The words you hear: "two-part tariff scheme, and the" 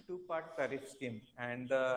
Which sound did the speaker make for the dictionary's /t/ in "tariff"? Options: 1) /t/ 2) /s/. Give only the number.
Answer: 2